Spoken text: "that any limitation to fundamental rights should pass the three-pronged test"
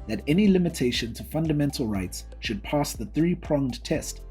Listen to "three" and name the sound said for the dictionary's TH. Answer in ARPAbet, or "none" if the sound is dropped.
TH